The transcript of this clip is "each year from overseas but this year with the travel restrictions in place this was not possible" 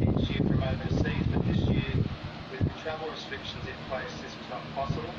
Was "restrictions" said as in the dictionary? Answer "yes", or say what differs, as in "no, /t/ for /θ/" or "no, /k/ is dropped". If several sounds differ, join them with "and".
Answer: yes